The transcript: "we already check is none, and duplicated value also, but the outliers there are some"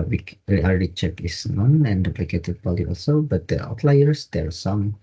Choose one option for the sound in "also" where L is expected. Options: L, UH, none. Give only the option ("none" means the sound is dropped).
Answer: L